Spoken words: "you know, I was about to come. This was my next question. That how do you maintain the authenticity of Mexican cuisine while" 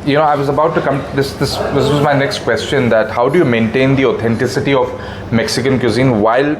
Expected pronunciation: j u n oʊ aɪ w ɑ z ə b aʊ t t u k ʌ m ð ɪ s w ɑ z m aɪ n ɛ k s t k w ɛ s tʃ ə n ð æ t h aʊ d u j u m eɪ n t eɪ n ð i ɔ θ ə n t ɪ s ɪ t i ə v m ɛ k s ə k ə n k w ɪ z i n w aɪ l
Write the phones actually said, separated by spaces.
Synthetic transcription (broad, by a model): j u n oʊ aɪ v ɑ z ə b aʊ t t u k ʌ m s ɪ s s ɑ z m aɪ n ɛ k s t k w ɛ s tʃ ə n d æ t h aʊ d u j u m eɪ n t eɪ n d i ɔ t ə n t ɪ s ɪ t i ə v m ɛ k s ə k ə n k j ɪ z i n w aɪ l